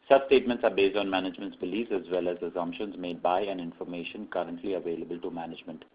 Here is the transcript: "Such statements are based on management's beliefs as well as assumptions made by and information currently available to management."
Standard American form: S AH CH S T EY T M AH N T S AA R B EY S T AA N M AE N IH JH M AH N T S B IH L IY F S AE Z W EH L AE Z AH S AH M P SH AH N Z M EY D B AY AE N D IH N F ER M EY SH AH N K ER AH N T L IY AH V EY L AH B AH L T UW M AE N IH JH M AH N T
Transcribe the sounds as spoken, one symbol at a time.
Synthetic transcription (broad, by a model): S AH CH S T EY T M AH N T S AA R B EY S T AA N M AE N IH JH M AH N T S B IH L IY S AE Z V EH L AE Z AH S AH M P SH AH N Z M EY D B AY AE N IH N F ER M EY SH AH N K ER AH N T L IY AH V EY L AH B AH L T UW M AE N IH JH M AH N T